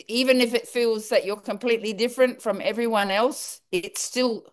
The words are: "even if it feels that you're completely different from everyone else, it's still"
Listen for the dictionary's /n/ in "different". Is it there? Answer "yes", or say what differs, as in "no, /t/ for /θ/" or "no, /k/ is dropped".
yes